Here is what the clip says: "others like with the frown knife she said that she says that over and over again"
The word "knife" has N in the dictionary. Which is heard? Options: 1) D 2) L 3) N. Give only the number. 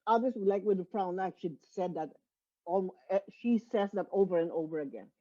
2